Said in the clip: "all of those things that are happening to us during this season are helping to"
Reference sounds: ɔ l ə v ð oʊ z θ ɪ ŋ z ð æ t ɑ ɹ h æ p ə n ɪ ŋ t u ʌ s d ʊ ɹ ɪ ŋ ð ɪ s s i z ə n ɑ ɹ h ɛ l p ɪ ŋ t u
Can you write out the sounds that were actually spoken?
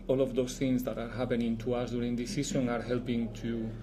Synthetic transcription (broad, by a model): ɔ l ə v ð oʊ s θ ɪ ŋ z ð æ t ɑ ɹ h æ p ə n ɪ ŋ t u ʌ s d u ɹ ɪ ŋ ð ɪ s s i s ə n ɑ ɹ h ɛ l p ɪ ŋ t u